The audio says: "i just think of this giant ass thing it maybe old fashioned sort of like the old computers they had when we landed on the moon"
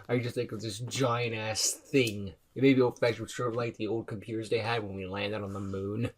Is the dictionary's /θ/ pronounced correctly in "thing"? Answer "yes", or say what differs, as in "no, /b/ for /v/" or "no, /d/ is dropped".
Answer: yes